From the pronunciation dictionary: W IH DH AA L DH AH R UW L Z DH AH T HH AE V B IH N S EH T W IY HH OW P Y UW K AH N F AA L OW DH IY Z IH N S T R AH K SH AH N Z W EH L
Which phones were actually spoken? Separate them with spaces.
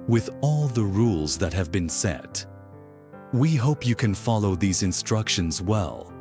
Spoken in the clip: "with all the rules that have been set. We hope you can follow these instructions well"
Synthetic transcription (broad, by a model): W IH DH AA L DH AH R UW L Z DH AH T HH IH V B IH N S EH T W IY HH OW P Y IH K AH N F AA L OW DH IY Z IH N S T R AH K SH AH N Z W EH L